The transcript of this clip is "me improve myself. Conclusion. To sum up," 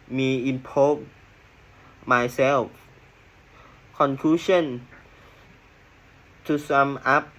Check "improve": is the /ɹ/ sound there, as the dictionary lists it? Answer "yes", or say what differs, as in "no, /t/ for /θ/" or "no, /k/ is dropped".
no, /ɹ/ is dropped